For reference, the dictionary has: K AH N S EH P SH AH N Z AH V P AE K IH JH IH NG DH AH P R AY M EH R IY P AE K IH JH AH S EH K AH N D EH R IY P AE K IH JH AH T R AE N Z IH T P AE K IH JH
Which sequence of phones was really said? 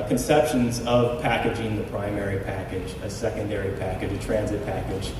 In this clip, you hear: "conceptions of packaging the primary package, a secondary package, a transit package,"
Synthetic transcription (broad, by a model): K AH N S EH P SH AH N Z AH V P AE K IH JH IH NG DH AH P R AY M EH R IY P AE K IH JH AH S EH K AH N D EH R IY P AE K IH JH AH T R AE N Z IH T P AE K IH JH